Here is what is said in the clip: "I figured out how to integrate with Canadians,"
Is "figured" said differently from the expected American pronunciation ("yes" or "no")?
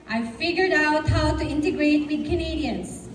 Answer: no